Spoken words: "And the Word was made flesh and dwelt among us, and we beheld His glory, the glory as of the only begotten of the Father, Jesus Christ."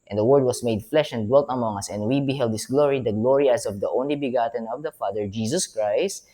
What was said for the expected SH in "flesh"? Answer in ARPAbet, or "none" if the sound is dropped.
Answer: SH